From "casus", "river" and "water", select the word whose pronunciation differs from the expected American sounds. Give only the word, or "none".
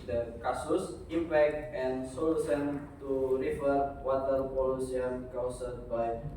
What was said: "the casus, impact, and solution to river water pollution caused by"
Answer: river